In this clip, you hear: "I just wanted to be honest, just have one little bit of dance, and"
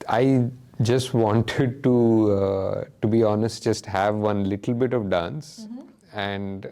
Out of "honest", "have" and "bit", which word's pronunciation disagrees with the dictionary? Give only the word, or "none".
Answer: none